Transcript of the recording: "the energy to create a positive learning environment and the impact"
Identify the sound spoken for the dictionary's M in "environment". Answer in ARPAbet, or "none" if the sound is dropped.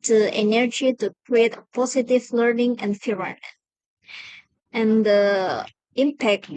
none